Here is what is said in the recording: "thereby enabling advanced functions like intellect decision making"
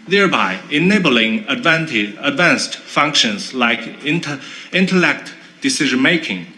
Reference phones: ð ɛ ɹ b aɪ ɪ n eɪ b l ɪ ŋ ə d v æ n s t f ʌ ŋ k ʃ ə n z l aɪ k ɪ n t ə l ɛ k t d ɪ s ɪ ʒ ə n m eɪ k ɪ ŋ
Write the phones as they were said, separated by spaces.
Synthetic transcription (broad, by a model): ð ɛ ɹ b aɪ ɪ n eɪ b l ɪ ŋ ə d v æ n s t f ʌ ŋ k ʃ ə n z l aɪ k ɪ n t ə l ɛ k t d ɪ s ɪ ʒ ə n m eɪ k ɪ ŋ